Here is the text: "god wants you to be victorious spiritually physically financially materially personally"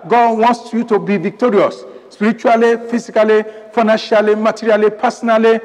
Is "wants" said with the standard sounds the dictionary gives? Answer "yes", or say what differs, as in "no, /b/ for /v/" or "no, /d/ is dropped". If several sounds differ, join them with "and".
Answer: no, /s/ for /t/